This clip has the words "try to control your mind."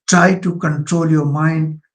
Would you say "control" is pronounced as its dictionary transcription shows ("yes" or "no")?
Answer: yes